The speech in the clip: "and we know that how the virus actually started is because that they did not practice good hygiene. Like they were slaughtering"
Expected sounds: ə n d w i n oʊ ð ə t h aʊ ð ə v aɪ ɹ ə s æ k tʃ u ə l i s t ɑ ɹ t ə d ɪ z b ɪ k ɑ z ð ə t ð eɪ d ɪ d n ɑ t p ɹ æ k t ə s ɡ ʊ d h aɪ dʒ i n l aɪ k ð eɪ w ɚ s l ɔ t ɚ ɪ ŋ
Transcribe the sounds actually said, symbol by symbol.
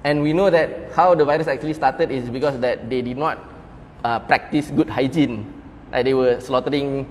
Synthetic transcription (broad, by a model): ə n w i n oʊ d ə t h aʊ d ə v aɪ ɹ ə s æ k tʃ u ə l i s t ɑ t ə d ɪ s b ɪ k ɑ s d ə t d eɪ d ɪ d n ɑ t p ɹ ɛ k t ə s ɡ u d h aɪ dʒ i n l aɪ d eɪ w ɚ s l ɔ t ɚ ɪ ŋ